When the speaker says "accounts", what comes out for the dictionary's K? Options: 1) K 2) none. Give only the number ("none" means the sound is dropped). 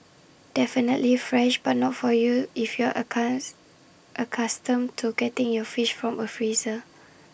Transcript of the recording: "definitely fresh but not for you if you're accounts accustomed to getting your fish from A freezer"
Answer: 2